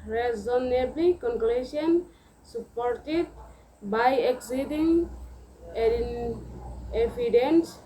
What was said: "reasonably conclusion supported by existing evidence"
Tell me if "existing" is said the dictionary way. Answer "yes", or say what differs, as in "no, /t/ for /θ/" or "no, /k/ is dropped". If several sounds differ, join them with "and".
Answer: no, /s/ is dropped